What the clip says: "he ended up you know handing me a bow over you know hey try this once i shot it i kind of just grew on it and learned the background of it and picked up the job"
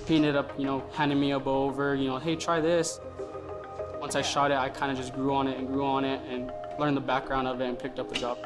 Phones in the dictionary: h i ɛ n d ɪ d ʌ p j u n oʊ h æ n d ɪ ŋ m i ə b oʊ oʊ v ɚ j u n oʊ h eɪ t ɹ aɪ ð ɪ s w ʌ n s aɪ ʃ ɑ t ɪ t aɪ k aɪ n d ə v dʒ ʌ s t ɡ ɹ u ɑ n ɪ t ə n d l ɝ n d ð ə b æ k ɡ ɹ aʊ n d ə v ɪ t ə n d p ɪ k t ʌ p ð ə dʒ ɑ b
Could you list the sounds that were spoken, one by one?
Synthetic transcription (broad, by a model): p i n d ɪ d ʌ p j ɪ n oʊ h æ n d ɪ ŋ m i ə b oʊ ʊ v ɚ j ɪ n oʊ h eɪ t ɹ aɪ ð ɪ s w ʌ n s aɪ ʃ ɑ t ɪ t aɪ k aɪ n d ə dʒ ʌ s t ɡ ɹ u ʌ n ɪ t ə n l ɝ n ð ə b æ k ɡ ɹ aʊ n d ə v ɪ t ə n p ɪ k t ʌ p ð ə dʒ ɑ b